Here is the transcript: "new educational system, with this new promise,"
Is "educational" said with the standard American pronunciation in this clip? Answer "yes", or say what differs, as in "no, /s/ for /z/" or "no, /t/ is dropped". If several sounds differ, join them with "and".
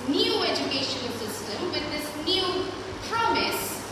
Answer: no, /n/ is dropped and /n/ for /l/